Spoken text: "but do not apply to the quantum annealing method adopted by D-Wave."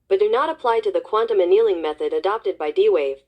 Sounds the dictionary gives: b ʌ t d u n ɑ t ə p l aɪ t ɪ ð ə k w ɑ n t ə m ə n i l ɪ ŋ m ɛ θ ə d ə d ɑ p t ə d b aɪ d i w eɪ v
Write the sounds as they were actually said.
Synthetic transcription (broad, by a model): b ʌ t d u n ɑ t ə p l aɪ t ɪ ð ə k w ɑ n t ə m ə n i l ɪ ŋ m ɛ θ ə d ə d ɑ p t ə d b aɪ d i w eɪ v